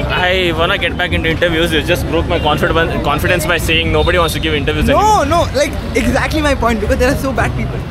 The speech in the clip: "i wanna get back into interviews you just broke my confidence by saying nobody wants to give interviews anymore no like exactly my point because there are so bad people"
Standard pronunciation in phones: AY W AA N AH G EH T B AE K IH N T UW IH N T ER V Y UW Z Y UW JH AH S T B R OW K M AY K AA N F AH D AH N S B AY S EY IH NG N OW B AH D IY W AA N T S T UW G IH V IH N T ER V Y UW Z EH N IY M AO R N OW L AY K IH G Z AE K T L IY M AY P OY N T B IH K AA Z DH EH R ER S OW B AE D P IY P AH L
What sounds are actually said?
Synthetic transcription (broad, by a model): AY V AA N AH G EH T B AE K IH N T UW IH N T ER V Y UW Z Y UW JH AH S T B R OW K M AY K AA N F AH D AH N S B AY S EY IH NG N OW B AH D IY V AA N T S T UW G IH V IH N T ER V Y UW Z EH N AO N OW L AY K IH G Z AE K T L IY M AY P OY N T B IH K AA Z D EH R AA S OW B AE D P IY P AH L